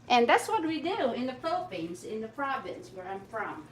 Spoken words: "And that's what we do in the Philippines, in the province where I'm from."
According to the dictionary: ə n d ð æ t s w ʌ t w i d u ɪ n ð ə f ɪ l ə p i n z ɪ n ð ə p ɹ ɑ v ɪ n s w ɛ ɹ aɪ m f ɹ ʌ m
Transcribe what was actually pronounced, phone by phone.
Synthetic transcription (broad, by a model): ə n ð æ t s w ʌ t w i d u ɪ n ð ə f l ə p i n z ɪ n ð ə p ɹ ɑ v ɪ n s w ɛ ɹ aɪ m f ɹ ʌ m